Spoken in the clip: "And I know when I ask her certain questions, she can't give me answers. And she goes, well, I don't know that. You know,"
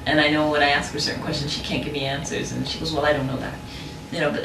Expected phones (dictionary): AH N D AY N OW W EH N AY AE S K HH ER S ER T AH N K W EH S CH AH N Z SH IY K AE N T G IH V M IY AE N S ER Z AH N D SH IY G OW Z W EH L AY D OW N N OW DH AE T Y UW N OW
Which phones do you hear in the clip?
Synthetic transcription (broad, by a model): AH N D AY N OW W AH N AY AE S K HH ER S ER T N K W EH S CH AH N Z SH IY K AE N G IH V M IY AE N S ER Z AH N SH IY G OW Z W EH L AY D OW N N OW DH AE T Y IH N OW